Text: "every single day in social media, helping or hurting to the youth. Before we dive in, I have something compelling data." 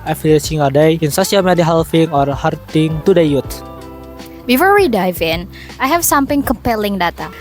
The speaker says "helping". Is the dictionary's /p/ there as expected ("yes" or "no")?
no